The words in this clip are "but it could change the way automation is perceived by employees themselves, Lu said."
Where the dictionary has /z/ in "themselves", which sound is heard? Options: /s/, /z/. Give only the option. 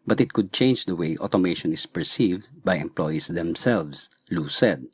/s/